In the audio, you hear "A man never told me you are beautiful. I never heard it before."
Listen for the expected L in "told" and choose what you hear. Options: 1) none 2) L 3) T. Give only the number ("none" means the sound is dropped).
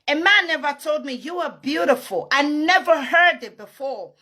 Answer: 2